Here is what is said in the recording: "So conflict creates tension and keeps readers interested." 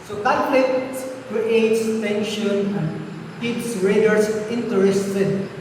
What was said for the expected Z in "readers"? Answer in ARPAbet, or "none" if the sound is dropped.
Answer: S